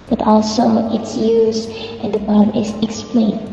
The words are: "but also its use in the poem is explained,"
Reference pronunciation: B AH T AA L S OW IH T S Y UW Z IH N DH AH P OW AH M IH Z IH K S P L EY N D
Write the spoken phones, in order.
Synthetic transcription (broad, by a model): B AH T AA L S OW IH T S Y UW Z IH N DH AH B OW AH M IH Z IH K S P L EY N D